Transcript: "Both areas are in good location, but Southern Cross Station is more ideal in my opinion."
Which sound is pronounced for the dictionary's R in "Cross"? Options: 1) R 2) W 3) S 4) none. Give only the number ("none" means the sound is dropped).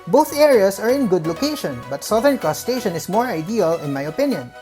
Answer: 4